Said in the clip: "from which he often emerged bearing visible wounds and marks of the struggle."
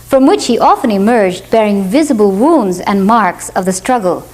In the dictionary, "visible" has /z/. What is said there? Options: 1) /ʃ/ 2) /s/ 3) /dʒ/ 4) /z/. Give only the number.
4